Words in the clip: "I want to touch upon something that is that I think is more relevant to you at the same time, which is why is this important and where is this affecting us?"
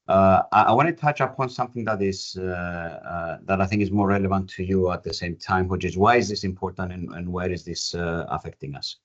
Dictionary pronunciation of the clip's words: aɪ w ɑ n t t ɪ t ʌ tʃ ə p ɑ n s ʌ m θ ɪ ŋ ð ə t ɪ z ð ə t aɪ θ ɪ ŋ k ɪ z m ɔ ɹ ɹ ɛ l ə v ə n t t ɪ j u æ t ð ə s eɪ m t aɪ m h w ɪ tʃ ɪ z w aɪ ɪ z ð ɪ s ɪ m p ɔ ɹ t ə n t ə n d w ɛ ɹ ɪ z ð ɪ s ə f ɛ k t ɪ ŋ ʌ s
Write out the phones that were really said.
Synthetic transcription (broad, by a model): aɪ w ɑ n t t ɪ t ʌ tʃ ə p ɑ n s ʌ m θ ɪ ŋ ð ə t ɪ z ð ə t aɪ θ ɪ ŋ k ɪ z m ɔ ɹ ɹ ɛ l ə v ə n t t ɪ j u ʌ t ð ə s eɪ m t aɪ m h w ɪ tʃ ɪ z w aɪ ɪ z ð ɪ s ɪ m p ɔ ɹ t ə n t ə n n w ɛ ɹ ɪ z ð ɪ s ə f ɛ k t ɪ ŋ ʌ s